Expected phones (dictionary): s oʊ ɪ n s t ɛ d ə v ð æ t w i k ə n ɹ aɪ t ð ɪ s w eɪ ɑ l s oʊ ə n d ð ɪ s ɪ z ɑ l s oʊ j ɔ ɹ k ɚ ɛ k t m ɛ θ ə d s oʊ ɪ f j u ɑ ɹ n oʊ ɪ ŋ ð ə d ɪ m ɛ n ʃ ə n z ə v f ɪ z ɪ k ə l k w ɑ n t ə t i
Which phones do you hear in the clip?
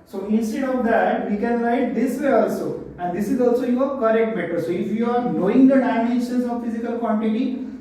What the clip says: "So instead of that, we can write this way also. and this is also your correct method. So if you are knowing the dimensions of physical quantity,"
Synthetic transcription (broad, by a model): s oʊ ɪ n s t ɛ d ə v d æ t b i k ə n l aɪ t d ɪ s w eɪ ɑ l s oʊ ə n d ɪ s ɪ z ɑ l s oʊ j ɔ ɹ k ɚ ɛ k t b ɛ t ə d s oʊ ɪ f j u ɑ ɹ n oʊ ɪ ŋ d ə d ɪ ɪ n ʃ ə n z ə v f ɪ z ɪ k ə l k w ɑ n t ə t i